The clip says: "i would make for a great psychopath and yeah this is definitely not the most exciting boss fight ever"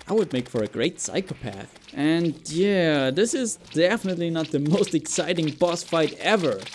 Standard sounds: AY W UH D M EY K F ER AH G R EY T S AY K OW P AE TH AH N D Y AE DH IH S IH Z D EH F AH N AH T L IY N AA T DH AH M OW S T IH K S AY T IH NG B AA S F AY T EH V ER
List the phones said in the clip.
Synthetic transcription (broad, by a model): AY W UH D M EY K F ER AH G R EY T S AY K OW P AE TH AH N Y AE DH IH S IH Z D EH F AH N AH T L IY N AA T DH AH M OW S T IH K S AY T IH NG B AA S F AY T EH V ER